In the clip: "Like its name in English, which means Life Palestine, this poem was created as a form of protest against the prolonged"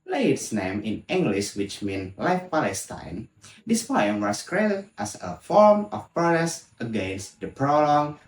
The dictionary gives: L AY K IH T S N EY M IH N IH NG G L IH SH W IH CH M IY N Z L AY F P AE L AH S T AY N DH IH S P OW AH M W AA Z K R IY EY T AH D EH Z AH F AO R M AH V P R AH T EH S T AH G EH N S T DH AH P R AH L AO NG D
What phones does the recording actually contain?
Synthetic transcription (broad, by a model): L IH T S N EY M IH N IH NG G L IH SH W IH CH M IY N L AY F P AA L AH S T AY N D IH S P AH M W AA S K R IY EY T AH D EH S AH F AO R M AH F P R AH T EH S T AH G EH N S T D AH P R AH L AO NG